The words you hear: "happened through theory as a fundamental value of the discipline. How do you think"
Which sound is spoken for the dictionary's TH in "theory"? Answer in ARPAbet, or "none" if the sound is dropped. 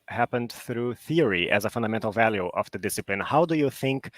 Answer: TH